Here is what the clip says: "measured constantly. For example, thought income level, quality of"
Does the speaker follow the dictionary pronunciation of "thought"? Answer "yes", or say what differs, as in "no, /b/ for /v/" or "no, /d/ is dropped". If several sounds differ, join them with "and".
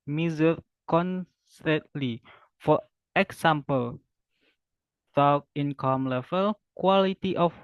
no, /t/ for /θ/